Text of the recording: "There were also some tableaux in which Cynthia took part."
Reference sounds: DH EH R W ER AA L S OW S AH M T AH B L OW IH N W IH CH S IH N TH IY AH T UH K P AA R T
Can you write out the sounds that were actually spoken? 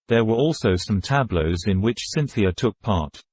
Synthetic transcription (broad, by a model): DH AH R W ER AA L S OW S AH M T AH B L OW IH N W IH CH S IH N TH IY AH T UH K P AA R T